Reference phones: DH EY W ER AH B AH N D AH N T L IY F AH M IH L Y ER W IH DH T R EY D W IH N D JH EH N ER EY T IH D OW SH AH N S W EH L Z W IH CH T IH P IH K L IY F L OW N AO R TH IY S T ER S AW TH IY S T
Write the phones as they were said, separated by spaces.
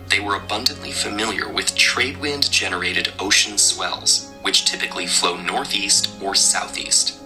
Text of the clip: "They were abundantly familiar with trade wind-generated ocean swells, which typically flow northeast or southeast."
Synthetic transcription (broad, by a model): DH EY W ER AH B AH N D AH N T L IY F AH M IH L Y ER W IH DH T R EY D W IH N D JH EH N ER EY T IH D OW SH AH N S W EH L Z W IH CH T IH P IH K L IY F L OW N AO R TH IY S T ER S AW TH IY S T